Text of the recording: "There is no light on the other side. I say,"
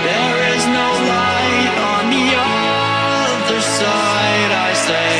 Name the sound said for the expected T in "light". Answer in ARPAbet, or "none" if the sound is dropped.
none